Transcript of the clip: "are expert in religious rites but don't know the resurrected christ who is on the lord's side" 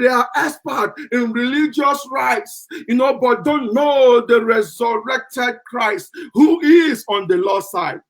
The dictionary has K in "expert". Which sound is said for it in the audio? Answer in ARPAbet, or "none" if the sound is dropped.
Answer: none